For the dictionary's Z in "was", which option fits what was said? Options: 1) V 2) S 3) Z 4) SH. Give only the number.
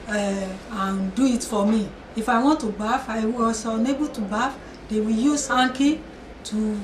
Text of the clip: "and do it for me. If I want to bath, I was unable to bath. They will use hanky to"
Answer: 2